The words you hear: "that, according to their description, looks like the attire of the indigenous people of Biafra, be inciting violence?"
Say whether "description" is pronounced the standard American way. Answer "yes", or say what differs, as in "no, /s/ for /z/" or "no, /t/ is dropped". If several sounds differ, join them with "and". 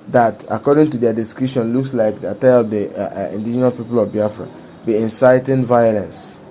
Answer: no, /p/ is dropped